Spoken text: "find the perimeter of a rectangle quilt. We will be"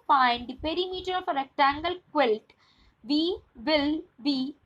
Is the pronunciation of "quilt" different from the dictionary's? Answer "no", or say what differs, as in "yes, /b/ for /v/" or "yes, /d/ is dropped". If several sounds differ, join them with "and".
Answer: no